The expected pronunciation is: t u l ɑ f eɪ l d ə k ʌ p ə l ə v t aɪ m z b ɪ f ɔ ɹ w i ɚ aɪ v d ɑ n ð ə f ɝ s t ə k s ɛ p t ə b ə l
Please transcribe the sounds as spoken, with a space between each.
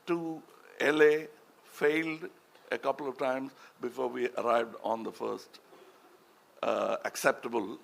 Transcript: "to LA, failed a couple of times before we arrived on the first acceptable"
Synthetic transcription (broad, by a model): t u l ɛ f eɪ l d ə k ʌ p ə l ə v t aɪ m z b ɪ f ɔ ɹ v i ɚ aɪ v d ɑ n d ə f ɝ s t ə k s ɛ p t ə b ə l